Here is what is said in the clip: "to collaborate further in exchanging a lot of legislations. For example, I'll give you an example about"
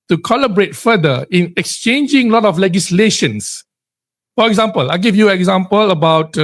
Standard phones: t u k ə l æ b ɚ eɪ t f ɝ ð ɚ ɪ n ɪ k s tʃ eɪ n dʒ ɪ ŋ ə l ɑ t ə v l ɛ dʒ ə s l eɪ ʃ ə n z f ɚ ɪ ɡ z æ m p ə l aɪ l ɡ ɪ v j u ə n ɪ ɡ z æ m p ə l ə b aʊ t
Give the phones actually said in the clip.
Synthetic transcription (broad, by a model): t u k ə l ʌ b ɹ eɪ t f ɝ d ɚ ɪ n ɪ k s tʃ eɪ n dʒ ɪ ŋ l ɑ t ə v l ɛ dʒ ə s l eɪ ʃ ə n s f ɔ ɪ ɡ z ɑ m p ə l aɪ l ɡ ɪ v j u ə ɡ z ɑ m p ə l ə b aʊ t